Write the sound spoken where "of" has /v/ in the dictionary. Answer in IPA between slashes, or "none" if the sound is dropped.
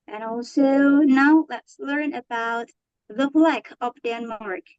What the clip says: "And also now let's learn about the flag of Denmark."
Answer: /p/